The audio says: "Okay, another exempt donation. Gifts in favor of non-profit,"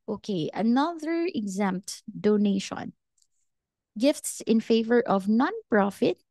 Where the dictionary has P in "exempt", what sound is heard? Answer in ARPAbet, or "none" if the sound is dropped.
P